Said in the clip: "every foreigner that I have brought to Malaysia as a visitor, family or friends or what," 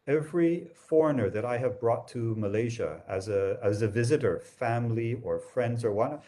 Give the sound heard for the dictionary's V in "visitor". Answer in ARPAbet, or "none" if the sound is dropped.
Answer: V